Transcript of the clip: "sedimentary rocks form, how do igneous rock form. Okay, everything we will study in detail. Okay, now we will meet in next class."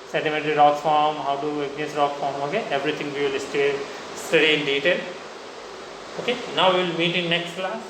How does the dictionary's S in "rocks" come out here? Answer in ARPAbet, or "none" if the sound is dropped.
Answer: none